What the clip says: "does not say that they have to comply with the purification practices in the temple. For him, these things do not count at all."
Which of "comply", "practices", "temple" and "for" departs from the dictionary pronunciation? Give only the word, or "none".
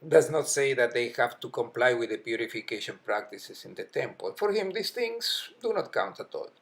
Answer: practices